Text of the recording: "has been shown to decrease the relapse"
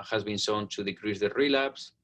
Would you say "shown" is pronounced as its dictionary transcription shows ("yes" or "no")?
no